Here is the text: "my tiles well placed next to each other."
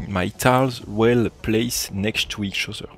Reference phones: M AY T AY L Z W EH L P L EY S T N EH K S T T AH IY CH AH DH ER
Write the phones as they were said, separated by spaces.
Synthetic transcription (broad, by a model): M AY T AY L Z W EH L P L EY S N EH K S T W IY SH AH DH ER